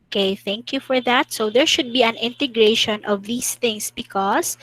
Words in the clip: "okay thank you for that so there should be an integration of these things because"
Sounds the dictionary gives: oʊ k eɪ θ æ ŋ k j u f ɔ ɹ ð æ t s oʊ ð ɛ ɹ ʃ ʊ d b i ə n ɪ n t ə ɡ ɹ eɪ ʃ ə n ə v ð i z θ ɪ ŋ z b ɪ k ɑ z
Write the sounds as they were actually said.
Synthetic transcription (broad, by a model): k eɪ θ æ ŋ k j u f ɔ ɹ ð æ t s oʊ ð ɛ ɹ ʃ ʊ d b i ə n ɪ n t ə ɡ ɹ eɪ ʃ ə n ə v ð i s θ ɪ ŋ s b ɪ k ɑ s